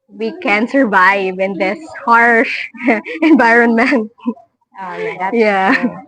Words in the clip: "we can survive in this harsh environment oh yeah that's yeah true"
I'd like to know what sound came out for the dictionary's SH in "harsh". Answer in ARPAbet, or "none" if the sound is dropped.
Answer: SH